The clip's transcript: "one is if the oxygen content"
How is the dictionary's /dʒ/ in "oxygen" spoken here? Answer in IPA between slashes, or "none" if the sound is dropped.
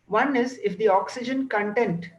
/dʒ/